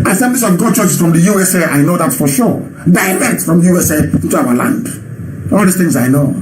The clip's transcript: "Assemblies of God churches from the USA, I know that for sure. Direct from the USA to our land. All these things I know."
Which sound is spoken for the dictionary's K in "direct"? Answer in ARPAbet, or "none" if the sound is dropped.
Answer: none